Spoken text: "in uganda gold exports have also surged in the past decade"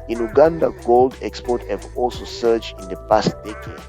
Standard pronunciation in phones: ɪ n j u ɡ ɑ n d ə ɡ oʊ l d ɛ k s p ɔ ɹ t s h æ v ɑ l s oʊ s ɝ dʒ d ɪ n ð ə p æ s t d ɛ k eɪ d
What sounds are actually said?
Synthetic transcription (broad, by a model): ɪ n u ɡ ɑ n d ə ɡ oʊ l d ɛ k s p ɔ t h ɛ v ɑ l s oʊ s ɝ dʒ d ɪ n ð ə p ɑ s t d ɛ k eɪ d